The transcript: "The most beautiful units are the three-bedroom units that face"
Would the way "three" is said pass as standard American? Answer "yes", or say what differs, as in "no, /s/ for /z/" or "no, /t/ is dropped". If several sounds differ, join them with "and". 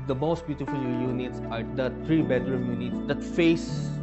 no, /t/ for /θ/